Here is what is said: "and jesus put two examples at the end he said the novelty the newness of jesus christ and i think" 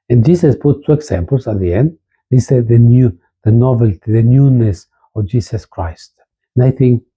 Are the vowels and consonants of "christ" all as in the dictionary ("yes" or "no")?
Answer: yes